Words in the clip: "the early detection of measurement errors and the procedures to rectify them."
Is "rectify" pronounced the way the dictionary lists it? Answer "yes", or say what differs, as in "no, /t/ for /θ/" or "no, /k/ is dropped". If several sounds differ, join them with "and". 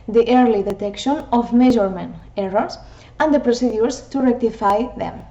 yes